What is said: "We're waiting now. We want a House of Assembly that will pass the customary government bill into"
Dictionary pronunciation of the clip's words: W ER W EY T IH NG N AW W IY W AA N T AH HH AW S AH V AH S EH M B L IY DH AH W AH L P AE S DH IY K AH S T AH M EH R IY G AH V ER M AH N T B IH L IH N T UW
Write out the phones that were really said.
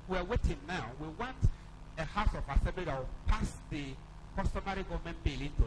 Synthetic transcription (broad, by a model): W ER W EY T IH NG N AW W IY W AA N T AH HH AW S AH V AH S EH B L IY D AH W P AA S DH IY K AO S T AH M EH R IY G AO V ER M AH N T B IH L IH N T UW